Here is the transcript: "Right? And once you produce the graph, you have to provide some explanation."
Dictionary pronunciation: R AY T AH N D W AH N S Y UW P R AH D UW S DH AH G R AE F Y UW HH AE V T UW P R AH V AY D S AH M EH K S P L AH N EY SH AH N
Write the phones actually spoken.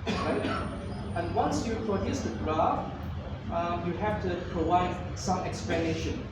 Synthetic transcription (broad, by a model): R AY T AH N W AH N S Y UW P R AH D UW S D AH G R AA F Y UW HH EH F T UW P R AH V AY D S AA M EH K S P L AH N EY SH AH N